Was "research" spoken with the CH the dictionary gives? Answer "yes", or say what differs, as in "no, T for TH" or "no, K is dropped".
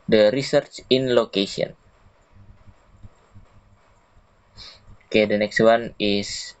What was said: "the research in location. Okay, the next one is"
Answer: yes